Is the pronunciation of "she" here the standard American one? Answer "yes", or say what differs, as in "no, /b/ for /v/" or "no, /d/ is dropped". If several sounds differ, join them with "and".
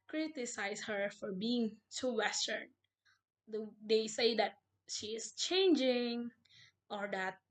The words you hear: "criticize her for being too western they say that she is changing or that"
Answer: yes